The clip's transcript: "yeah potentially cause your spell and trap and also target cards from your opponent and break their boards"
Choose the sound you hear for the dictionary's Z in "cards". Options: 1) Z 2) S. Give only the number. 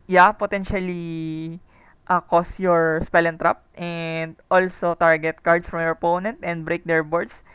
2